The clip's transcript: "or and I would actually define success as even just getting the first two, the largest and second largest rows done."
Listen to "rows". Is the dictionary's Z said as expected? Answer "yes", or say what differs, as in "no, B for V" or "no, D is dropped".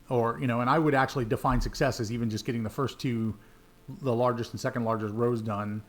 yes